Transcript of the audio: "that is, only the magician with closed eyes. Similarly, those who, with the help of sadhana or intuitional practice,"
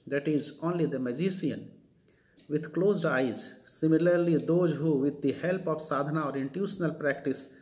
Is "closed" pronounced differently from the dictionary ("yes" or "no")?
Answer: no